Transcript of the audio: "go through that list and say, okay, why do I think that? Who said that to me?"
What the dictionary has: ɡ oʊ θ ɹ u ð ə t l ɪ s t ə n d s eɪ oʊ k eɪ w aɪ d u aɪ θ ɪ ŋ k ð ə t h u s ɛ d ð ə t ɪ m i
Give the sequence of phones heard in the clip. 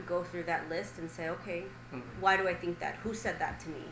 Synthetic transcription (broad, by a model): ɡ oʊ θ ɹ u ð ə t l ɪ s t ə n s eɪ oʊ k eɪ w aɪ d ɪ aɪ θ ɪ ŋ k ð ə t h u s ɛ d ð ə t ɪ m i